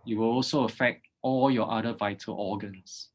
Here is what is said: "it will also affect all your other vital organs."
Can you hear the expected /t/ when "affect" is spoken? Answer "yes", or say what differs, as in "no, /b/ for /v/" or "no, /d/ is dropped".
yes